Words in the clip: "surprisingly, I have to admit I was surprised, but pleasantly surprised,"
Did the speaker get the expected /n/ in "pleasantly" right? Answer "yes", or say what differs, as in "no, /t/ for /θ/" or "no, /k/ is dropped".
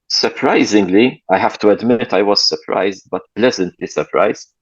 yes